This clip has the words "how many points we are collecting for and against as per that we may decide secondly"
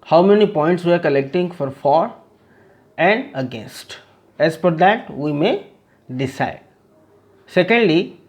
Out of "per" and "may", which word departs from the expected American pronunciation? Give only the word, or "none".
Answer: per